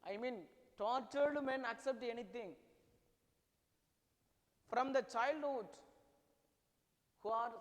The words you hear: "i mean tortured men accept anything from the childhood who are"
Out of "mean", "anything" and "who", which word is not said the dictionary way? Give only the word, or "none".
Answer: anything